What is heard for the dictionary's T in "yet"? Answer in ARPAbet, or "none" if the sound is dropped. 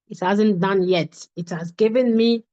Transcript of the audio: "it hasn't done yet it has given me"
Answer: T